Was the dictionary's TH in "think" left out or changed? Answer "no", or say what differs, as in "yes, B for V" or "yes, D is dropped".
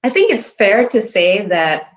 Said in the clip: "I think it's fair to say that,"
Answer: no